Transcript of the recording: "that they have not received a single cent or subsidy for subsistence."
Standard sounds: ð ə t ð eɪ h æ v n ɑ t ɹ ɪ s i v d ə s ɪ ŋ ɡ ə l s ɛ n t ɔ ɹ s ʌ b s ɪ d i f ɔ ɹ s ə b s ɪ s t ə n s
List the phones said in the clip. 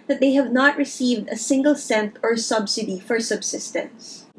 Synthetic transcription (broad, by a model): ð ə t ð eɪ h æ v n ɑ t ɹ ɪ s i v d ə s ɪ ŋ ɡ ə l s ɛ n t ɔ ɹ s ʌ b s ɪ d i f ɔ ɹ s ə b s ɪ s t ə n s